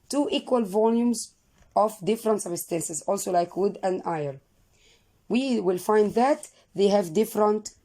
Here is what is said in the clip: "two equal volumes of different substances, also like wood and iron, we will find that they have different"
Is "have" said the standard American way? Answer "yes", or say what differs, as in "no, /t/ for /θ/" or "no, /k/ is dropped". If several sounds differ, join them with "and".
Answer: yes